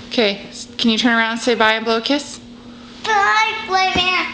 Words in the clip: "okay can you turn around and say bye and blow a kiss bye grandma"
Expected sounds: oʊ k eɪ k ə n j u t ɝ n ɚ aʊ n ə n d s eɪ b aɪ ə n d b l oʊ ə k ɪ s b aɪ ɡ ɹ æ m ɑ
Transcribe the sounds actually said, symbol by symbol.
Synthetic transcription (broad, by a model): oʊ k eɪ k ə n j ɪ t ɝ n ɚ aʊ ə n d s eɪ b aɪ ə n b l oʊ ə k ɪ s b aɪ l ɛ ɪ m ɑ